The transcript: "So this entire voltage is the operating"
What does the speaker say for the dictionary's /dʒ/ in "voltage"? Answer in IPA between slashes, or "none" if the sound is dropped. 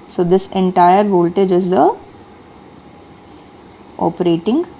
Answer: /dʒ/